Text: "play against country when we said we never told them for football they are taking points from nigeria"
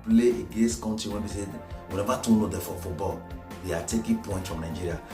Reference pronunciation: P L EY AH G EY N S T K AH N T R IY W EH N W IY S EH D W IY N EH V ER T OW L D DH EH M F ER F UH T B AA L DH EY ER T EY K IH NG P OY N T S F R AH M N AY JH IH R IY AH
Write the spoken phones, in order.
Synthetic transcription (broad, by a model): P L EY AH G EY N S T K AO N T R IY W EH N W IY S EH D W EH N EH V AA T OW N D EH F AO F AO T B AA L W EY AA T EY K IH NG P OY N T F R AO M N AY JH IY R IY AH